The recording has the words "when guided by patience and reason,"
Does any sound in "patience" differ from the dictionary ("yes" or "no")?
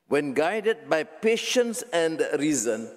no